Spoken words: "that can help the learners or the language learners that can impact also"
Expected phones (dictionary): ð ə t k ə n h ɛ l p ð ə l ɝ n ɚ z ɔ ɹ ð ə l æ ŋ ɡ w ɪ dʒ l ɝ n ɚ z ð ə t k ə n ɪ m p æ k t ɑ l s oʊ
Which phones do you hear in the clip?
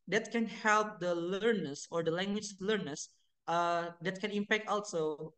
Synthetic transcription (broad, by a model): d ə t k ə n h ɛ l p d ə l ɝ n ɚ s ɔ ɹ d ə l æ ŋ ɡ w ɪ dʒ l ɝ n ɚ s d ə t k ə n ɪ m p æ k t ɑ l s oʊ